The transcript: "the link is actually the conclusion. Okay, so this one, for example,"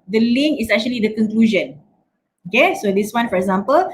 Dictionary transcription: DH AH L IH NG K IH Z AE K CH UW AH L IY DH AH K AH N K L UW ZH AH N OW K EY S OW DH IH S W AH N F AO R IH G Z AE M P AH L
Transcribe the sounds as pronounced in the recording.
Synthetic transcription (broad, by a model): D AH L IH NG IH S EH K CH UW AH L IY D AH K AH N K L UW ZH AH N OW K EY S OW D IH S W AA N F AO R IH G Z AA M P AH L